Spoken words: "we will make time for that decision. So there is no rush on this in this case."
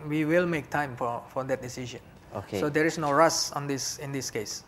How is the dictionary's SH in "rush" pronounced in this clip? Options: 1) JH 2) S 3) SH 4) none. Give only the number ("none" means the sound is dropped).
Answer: 2